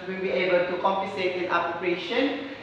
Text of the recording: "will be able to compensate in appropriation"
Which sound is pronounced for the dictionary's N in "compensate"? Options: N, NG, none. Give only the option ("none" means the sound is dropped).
none